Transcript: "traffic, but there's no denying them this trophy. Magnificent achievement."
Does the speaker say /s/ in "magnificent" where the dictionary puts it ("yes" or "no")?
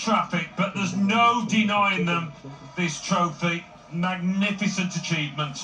yes